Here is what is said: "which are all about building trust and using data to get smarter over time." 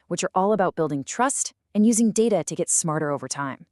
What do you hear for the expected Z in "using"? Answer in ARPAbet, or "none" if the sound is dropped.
Z